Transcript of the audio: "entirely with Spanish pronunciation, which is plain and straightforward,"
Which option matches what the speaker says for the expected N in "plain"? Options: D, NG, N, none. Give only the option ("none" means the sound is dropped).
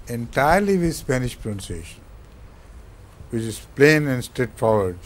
N